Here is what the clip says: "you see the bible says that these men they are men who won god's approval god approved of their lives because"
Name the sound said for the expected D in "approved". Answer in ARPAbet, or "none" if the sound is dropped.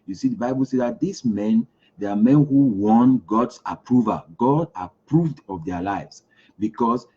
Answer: D